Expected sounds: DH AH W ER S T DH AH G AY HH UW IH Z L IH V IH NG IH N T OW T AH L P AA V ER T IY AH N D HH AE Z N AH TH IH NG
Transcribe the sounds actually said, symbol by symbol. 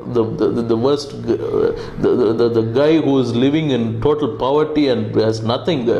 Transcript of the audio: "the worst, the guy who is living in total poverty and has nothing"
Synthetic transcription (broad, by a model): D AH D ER S T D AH G AY HH UW IH Z L IH V IH NG IH N T OW T AH L P AA V ER T IY AH N D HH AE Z N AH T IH NG